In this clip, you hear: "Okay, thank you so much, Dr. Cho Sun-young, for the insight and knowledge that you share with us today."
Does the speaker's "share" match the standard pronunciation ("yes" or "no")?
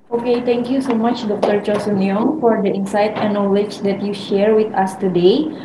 yes